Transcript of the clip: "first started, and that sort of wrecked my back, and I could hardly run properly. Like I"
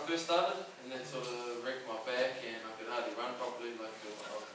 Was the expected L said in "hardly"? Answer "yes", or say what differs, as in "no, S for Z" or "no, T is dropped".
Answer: no, L is dropped